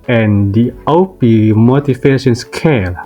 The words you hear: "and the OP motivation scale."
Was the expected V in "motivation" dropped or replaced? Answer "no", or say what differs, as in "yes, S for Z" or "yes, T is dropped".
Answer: yes, F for V